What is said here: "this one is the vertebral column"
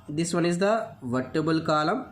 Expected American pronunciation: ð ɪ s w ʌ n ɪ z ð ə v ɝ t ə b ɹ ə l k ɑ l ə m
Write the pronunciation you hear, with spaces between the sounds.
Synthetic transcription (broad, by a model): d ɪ s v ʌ n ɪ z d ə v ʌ t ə b ə l k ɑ l ə m